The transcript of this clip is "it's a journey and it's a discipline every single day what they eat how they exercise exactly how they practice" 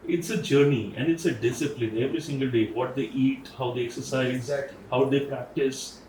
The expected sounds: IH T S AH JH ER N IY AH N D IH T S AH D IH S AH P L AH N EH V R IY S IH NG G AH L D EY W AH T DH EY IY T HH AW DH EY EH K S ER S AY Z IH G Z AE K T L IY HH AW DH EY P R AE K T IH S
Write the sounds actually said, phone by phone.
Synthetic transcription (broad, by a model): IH T S AH JH ER N IY AH N D IH T S AH D IH S AH P L AH N EH V R IY S IH NG G AH L D EY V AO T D EY IY T HH AW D EY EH K S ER S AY IH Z HH AW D EY P R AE K T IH S